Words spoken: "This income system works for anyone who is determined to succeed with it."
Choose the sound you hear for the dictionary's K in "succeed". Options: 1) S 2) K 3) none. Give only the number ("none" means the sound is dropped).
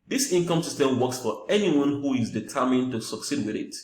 2